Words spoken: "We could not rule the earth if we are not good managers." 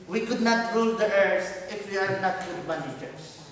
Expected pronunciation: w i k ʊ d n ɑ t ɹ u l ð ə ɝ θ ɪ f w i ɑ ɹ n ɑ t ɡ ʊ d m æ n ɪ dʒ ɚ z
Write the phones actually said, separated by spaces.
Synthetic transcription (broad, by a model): w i k ʊ d n ɑ t ɹ u l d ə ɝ s ɪ f w i ɑ ɹ n ɑ t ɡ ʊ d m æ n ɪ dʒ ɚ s